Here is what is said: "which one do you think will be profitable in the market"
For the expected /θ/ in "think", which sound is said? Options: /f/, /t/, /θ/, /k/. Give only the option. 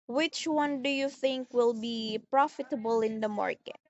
/θ/